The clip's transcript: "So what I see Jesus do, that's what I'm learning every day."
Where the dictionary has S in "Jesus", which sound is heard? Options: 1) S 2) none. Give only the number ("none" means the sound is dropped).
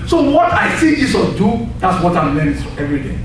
2